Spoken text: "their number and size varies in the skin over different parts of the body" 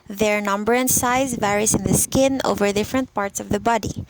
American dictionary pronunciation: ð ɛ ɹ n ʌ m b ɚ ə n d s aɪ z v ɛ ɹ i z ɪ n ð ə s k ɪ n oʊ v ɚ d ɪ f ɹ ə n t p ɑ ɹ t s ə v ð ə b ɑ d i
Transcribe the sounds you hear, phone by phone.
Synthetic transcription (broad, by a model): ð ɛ ɹ n ʌ m b ɚ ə n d s aɪ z v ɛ ɹ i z ɪ n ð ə s k ɪ n oʊ v ɚ d ɪ f ɹ ə n t p ɑ ɹ t s ə v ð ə b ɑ d i